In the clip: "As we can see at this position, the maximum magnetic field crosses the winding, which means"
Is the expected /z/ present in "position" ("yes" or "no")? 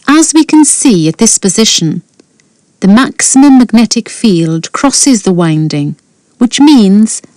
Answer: yes